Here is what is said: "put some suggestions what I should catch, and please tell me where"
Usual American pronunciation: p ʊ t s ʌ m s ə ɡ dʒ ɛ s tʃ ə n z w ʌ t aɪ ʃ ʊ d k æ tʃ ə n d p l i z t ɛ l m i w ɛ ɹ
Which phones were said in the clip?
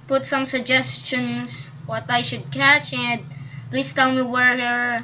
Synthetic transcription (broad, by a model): p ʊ t s ʌ m s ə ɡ dʒ ɛ s tʃ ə n s w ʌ t aɪ ʃ ʊ d k æ tʃ ə n d p l i s t ɛ l m i w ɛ ɹ